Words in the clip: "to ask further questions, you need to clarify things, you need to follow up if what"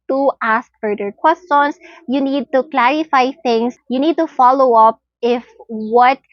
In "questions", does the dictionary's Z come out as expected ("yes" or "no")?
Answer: no